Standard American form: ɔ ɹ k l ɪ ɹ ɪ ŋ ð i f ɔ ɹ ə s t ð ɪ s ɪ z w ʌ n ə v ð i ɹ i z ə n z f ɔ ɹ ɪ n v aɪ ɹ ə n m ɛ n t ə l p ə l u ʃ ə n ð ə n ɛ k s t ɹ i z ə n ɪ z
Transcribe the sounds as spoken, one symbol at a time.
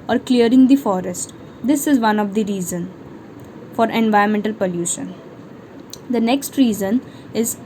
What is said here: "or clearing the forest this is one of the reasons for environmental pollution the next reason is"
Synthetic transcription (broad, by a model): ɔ ɹ k l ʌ ɹ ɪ ŋ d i f ɔ ɹ ə s t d ɪ s ɪ z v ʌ n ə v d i ɹ i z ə n f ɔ ɹ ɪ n v aɪ ə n m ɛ n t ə l p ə l u ʃ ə n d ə n ɛ k s t ɹ i z ə n ɪ z